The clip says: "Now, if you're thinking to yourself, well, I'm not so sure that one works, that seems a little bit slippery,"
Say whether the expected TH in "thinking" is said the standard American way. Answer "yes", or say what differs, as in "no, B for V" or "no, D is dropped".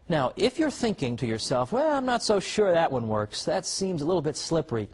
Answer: yes